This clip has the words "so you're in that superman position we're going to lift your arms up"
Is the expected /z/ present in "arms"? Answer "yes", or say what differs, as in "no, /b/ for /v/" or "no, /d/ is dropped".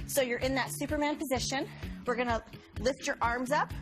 yes